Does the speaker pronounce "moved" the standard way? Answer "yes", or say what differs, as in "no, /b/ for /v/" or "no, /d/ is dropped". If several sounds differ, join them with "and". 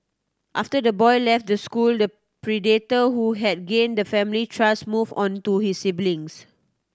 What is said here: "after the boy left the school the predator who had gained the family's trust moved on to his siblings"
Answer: no, /d/ is dropped